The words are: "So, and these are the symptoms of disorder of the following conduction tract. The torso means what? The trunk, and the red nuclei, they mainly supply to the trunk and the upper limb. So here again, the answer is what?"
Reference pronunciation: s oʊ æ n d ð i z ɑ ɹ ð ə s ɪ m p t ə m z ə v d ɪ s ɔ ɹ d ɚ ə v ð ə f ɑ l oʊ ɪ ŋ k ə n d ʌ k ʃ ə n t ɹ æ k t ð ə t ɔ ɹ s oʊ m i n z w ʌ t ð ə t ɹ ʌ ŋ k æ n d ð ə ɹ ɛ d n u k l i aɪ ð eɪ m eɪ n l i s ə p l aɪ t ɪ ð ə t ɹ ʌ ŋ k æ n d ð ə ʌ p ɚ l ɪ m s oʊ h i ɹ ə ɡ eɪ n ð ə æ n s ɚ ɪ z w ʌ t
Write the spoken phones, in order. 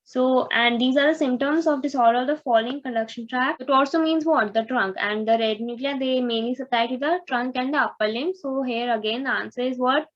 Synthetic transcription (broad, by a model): s oʊ æ n d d i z ɑ ɹ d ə s ɪ m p t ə m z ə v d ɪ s ɔ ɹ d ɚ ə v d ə f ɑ l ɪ ŋ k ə d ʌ k ʃ ə n t ɹ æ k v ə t ɔ l s oʊ m i n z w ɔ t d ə t ɹ ʌ ŋ k æ n d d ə ɹ ɛ d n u k l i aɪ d eɪ m eɪ n l i s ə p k t ɪ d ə t ɹ ʌ ŋ k æ n d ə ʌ p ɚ l ɪ m s oʊ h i ɹ ə ɡ eɪ n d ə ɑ n s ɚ ɪ z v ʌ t